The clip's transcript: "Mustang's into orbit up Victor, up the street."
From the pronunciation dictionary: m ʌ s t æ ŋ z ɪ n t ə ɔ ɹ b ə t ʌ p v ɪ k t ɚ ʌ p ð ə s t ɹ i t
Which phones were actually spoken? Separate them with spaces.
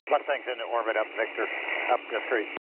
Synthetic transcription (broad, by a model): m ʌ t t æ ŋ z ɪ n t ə ɔ ɹ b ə t ʌ p v ɪ k t ɚ ʌ p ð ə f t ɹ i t